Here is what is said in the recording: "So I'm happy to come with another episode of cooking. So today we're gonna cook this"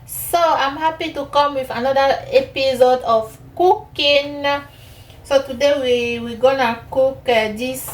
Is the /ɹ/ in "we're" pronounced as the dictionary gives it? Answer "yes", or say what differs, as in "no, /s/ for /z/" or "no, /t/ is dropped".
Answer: no, /w/ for /ɹ/